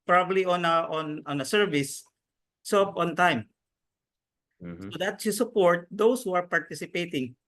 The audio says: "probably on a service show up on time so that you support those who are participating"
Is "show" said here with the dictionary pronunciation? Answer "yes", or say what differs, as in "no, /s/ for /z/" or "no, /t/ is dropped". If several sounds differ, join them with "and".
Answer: no, /s/ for /ʃ/